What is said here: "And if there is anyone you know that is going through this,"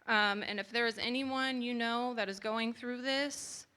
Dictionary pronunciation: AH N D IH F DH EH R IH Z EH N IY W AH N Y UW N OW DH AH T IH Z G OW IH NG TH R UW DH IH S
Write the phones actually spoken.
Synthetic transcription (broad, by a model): AH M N IH F DH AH R IH Z EH N IY W AH N Y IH N OW DH AH T IH Z G OW IH NG TH R UW DH IH S